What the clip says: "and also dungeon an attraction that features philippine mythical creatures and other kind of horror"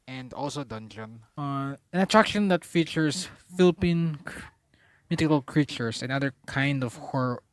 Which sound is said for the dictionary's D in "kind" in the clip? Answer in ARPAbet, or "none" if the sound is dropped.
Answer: D